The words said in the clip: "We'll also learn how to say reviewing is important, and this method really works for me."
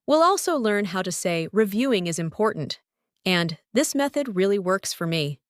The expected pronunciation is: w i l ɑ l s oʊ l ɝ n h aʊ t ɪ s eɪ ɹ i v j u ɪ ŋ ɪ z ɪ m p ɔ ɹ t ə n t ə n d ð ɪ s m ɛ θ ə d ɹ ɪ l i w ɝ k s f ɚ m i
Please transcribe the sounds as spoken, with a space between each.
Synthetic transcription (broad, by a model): w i l ɑ l s oʊ l ɝ n h aʊ t ɪ s eɪ ɹ i v j u ɪ ŋ ɪ z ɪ m p ɔ ɹ t n t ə n ð ɪ s m ɛ θ ə d ɹ ɪ l i w ɝ k s f ɚ m i